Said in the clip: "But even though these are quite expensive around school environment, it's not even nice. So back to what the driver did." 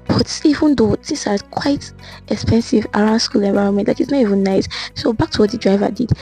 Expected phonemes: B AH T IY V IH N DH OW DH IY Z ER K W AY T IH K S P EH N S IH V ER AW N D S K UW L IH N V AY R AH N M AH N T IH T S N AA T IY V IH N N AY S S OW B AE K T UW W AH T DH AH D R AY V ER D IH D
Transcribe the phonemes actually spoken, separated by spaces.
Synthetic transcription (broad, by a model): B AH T IY V IH N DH OW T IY S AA K W AY T IH K S P EH N S IH V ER AW N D S K UW L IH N V AY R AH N M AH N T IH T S N AA T IY V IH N N AY S S OW B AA K T UW W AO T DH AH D R AY V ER D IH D